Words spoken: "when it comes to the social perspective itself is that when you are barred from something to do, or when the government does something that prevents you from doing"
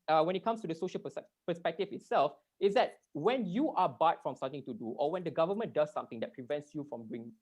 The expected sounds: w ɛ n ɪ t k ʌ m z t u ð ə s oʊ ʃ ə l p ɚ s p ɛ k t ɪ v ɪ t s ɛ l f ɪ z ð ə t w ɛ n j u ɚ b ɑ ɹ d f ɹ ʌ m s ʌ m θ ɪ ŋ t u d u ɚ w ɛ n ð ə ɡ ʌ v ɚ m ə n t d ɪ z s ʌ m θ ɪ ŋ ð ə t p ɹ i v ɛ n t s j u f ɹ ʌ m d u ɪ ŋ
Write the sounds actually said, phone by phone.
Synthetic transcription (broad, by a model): w ɛ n ɪ t k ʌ m s t u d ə s oʊ ʃ ə l p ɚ s p ɛ k t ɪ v ɪ t s ɛ l f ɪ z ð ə t w ɛ n j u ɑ b ɑ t f ɹ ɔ m s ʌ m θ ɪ ŋ t u d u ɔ w ɛ n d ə ɡ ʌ v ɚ m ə n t d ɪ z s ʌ m t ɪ ŋ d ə t p ɹ i v ɛ n t s j u f ɹ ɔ m d u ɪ ŋ